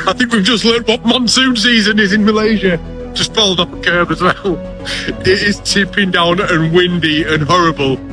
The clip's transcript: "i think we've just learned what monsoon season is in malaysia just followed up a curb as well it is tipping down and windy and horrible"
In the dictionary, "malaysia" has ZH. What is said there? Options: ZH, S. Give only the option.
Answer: ZH